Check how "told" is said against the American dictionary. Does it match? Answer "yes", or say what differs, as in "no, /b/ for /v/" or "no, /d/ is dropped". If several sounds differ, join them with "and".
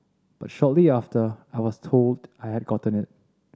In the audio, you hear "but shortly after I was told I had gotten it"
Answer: yes